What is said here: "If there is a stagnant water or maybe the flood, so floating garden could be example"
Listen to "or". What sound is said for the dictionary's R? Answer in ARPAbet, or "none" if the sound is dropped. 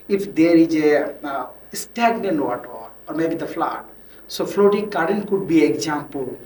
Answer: R